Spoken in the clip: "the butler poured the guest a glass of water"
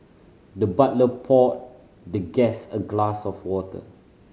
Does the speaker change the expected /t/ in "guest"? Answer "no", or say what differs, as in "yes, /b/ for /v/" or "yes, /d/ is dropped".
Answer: yes, /t/ is dropped